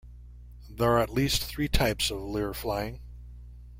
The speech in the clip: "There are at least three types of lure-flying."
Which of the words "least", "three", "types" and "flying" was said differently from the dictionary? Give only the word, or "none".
none